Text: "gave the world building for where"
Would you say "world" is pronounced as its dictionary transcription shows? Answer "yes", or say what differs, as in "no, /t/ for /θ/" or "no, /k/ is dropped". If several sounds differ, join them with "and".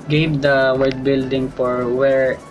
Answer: no, /l/ is dropped